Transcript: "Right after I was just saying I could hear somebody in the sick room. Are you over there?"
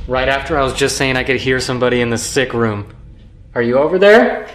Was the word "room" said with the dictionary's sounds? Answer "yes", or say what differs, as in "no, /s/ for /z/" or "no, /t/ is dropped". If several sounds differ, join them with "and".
yes